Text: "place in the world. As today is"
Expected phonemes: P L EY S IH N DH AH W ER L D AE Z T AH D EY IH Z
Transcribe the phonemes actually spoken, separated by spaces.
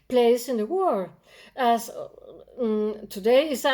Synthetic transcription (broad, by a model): P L EY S IH N DH AH W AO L AE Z T AH D EY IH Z